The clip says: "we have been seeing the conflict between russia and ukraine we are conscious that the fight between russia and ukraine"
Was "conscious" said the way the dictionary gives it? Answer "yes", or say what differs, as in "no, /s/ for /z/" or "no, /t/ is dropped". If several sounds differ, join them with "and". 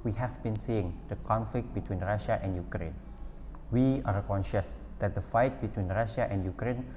yes